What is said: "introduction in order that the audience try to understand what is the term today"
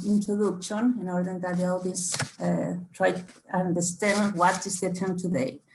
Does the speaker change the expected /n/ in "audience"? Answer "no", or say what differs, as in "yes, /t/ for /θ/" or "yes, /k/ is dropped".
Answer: yes, /n/ is dropped